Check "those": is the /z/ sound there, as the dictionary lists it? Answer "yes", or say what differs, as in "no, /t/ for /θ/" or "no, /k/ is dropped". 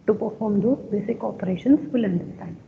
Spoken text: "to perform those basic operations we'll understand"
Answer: no, /z/ is dropped